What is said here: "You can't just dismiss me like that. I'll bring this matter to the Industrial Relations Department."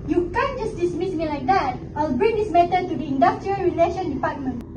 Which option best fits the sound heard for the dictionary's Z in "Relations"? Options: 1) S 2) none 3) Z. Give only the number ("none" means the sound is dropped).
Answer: 2